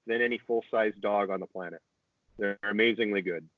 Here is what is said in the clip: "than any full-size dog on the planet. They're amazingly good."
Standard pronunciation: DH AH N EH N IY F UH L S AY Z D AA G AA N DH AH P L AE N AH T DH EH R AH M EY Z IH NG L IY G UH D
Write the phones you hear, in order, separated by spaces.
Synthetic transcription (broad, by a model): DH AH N EH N IY F UH L S AY Z D AA G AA N DH AH P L AE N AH T DH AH R AH M EY Z IH NG L IY G UH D